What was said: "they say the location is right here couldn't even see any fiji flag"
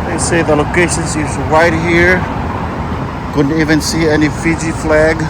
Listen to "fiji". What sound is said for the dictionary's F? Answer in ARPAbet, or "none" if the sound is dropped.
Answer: F